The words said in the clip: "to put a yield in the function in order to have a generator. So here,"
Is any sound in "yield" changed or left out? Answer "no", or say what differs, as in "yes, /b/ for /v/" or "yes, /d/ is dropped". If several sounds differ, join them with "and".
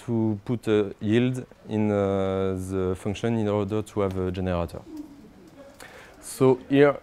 no